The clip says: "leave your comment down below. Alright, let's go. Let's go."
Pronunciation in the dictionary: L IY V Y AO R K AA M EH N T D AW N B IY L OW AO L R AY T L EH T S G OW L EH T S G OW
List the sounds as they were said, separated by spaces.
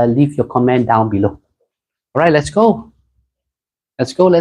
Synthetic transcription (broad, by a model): L IY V Y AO K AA M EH N D AW N B IY L OW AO R AY T L EH T S G OW L EH T S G OW